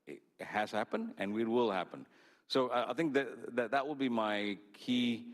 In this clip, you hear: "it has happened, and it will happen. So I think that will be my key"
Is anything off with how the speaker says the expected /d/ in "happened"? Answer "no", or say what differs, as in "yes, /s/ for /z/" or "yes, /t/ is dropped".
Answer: no